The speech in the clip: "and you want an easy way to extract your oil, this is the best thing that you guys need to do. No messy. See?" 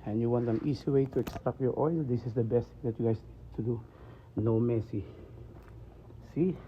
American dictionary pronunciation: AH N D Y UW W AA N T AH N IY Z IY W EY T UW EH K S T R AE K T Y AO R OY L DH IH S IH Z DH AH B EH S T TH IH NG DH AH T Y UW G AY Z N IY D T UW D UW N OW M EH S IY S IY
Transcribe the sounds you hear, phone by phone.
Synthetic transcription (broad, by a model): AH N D Y UW W AA N T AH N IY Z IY W EY T UW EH K S T R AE K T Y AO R OY L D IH S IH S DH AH B EH S T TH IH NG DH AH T Y UW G AY S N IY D T UW D UW N OW M EH S IY S IY